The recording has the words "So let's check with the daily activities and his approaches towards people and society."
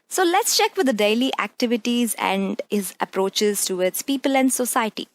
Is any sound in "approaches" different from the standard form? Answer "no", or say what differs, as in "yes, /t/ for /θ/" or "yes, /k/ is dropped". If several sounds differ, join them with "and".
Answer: no